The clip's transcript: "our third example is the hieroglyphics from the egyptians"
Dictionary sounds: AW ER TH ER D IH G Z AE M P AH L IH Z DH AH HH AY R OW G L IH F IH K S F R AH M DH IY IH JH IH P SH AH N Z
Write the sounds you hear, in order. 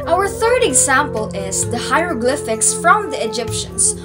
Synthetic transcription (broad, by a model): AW ER TH ER D IH G Z AE M P AH L IH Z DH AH HH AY R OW G L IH F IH K S F R AH M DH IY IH JH IH P SH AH N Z